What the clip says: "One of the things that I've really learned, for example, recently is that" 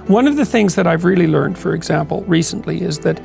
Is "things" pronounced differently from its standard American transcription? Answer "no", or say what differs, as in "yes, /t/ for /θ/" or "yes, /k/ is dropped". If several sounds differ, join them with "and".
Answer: no